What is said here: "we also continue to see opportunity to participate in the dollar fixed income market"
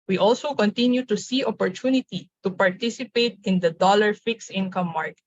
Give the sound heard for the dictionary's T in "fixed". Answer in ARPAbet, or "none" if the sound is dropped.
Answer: none